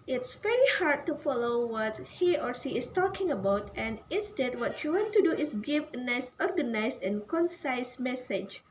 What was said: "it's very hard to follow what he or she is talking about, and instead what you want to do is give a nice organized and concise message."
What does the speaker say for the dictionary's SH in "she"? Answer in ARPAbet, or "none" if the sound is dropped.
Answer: S